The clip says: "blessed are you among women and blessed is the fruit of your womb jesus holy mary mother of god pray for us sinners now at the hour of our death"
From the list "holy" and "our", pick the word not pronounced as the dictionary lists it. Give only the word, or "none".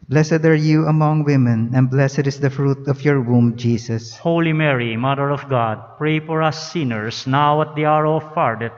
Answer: none